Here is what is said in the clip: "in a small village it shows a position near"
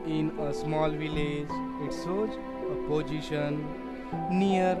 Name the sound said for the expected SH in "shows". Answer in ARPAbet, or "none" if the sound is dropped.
S